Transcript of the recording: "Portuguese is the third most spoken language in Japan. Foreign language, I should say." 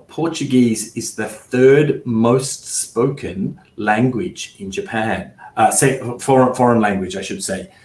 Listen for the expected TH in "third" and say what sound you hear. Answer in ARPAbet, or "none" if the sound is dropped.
TH